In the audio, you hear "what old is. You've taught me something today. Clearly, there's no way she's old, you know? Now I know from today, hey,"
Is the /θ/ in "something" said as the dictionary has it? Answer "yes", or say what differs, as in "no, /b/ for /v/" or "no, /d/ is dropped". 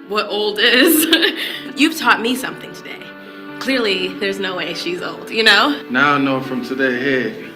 yes